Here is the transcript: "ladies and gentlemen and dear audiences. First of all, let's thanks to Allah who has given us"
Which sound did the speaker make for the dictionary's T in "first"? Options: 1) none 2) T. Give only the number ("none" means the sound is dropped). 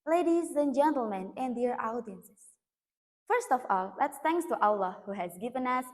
2